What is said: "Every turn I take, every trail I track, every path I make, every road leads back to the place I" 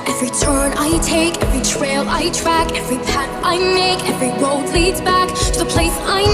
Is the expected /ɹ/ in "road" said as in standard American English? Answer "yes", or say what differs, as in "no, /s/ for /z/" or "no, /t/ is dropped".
no, /w/ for /ɹ/